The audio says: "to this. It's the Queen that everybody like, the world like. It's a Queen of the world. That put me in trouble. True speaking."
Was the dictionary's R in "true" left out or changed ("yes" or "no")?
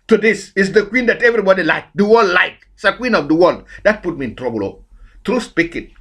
no